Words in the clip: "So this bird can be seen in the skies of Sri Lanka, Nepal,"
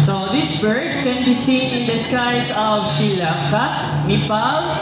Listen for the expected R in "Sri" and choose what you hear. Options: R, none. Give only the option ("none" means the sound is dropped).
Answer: none